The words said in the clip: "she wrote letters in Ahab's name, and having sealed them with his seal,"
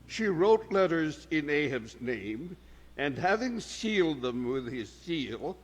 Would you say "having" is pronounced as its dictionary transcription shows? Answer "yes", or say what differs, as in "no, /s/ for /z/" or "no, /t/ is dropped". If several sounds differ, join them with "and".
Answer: yes